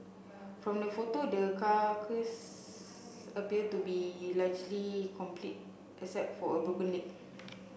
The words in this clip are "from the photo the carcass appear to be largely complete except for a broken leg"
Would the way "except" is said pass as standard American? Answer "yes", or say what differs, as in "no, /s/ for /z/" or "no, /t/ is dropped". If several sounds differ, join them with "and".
no, /k/ is dropped